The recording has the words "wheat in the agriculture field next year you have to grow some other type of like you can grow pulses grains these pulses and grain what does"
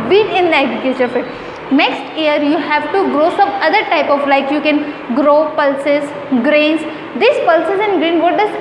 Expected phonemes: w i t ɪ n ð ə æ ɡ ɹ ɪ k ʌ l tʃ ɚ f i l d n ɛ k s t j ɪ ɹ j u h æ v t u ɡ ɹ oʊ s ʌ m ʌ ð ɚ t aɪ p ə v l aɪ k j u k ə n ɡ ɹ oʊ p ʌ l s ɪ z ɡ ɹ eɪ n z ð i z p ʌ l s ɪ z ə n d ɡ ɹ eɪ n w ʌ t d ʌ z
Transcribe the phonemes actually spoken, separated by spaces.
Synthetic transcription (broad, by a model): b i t ɪ n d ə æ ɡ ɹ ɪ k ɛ tʃ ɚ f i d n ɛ k s t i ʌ ɹ j u h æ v t u ɡ ɹ oʊ s ʌ m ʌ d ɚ t aɪ p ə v l aɪ k j u k ə n ɡ ɹ oʊ p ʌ l s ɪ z ɡ ɹ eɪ n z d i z p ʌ l s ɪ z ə n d ɡ ɹ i n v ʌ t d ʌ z